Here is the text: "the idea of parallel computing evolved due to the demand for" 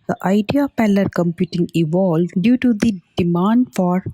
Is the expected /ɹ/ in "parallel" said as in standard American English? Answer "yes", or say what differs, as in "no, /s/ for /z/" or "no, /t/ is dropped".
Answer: no, /l/ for /ɹ/